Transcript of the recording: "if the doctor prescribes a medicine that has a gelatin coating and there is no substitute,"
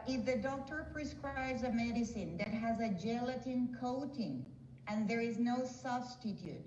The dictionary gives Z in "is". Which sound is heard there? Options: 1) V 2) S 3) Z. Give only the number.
3